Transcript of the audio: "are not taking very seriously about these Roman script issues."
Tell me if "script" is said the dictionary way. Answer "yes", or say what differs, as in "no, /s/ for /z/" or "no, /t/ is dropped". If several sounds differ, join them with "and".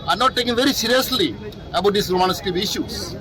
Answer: no, /t/ is dropped